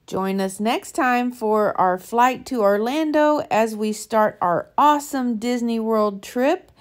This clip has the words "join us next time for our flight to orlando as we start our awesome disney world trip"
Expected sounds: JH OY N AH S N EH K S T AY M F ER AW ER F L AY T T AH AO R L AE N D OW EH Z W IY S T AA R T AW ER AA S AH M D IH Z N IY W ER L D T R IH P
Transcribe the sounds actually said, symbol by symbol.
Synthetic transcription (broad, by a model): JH OY N AH S N EH K S T AY M F ER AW ER F L AY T T AH AO R L AE N D OW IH Z W IY S T AA R T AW ER AA S AH M D IH Z N IY W ER L D T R IH P